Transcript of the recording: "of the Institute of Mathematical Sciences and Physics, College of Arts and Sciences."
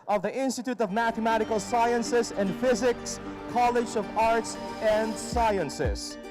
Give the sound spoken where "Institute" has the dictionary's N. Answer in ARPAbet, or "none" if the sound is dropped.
N